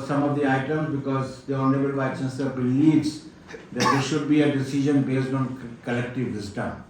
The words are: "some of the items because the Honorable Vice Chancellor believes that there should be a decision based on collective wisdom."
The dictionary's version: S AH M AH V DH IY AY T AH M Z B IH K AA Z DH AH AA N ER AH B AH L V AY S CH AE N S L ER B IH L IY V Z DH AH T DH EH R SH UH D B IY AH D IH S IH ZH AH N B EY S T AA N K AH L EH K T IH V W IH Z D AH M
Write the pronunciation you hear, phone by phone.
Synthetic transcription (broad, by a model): S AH M AH V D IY AY T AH M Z B IH K AA Z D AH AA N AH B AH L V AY CH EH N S ER B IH L IY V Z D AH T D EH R SH UH D B IY AH D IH S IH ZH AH N B EY S T AA N K AH L EH K T IH V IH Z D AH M